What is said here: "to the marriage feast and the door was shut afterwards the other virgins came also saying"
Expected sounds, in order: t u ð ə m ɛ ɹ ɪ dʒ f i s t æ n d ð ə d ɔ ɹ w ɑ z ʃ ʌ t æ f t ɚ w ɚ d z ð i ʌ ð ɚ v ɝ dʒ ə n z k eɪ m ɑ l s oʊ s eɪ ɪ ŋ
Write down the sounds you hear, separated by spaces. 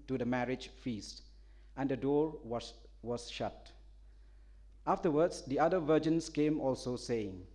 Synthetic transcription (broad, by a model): t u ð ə m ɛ ɹ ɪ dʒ f i s t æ n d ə d ɔ ɹ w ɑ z ʃ ʌ t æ f t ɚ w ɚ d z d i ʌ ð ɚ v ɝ dʒ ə n s k eɪ m ɑ l s oʊ s eɪ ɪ ŋ